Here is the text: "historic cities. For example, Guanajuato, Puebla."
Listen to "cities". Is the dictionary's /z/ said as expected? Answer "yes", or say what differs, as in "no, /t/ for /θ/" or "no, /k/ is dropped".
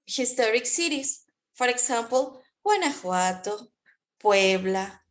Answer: no, /s/ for /z/